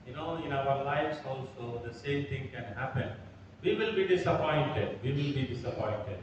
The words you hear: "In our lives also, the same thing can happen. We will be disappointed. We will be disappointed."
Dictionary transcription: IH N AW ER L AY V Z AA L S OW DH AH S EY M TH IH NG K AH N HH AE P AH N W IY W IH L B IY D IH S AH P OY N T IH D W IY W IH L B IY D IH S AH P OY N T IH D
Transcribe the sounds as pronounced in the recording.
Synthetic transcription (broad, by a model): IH N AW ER L AY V S AA L S OW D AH S EY M T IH NG K AH N HH AE P AH N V IY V IH L B IY D IH S AH P OY N T IH D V IY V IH L B IY D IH S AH P OY N T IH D